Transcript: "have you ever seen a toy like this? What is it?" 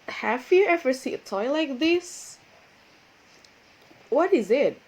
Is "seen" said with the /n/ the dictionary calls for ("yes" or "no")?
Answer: no